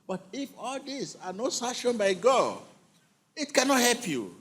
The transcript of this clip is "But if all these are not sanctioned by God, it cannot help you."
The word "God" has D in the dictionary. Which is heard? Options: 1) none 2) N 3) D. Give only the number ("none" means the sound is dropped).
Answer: 1